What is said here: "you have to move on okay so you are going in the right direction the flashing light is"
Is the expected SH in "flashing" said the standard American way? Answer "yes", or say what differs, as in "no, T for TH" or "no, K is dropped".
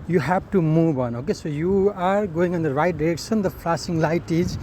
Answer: no, S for SH